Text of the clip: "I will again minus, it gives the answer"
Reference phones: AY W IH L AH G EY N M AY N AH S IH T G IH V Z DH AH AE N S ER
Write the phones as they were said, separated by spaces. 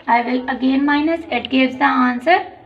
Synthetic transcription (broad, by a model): AY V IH L AH G EY N M AY N AH S IH T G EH Z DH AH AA N S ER